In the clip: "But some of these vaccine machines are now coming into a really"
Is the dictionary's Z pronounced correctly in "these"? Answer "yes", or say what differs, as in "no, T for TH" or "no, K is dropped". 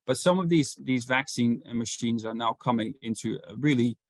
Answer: yes